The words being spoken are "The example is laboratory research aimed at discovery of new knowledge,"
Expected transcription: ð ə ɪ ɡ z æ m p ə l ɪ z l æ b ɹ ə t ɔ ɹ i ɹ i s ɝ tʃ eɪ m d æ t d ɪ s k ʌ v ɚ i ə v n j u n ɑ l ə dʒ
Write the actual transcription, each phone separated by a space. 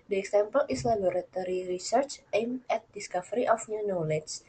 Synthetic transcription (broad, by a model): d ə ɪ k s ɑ m p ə l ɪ s l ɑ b ɹ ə t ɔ ɹ i ɹ i s ɝ tʃ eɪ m ɛ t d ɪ s k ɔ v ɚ i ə f n j u n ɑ l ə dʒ